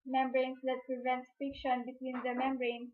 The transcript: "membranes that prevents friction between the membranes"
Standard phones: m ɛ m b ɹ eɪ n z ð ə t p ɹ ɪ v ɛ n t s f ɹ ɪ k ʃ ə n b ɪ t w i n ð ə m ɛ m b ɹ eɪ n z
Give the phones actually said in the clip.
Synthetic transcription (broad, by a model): m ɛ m b ɹ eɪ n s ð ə t p ɹ ɪ v ɛ n t s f ɪ k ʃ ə n b ɪ t w i n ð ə m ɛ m b ɹ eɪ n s